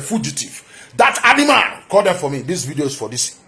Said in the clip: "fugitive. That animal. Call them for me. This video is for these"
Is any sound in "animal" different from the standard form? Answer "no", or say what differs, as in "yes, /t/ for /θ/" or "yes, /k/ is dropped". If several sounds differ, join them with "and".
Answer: yes, /n/ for /l/